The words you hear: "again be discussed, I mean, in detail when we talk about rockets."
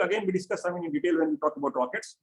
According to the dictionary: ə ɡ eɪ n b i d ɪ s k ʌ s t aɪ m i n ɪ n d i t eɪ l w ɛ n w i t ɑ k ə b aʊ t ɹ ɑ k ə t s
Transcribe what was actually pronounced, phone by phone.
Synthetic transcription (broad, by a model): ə ɡ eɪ n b i d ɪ s k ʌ s aɪ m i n ɪ n d i t eɪ l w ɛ n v i t ɑ k ə b aʊ t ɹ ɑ k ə t s